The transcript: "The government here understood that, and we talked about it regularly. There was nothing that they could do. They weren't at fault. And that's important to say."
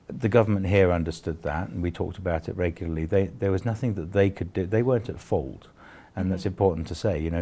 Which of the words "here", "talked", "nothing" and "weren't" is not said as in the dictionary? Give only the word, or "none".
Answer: none